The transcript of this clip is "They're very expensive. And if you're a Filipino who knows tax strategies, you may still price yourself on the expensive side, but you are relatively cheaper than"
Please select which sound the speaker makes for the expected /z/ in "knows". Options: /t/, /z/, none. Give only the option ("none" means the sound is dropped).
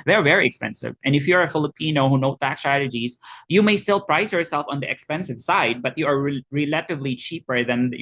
none